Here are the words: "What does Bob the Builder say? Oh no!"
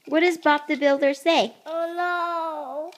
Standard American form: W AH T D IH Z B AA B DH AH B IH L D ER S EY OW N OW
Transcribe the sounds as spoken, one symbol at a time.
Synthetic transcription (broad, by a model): W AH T D IH Z B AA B DH AH B IH L D ER S EY OW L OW